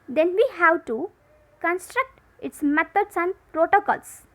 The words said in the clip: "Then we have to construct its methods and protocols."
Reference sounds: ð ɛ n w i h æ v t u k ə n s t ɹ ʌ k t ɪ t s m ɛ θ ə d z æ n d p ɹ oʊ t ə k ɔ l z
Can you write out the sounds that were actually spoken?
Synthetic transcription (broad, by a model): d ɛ n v i h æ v t u k ə n s t ɹ ʌ k t ɪ t s m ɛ t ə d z æ n d p ɹ oʊ t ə k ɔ l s